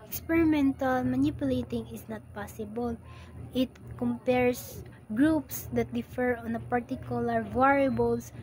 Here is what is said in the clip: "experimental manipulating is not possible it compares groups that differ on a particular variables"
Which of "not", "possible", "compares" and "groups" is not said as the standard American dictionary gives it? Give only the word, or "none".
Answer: compares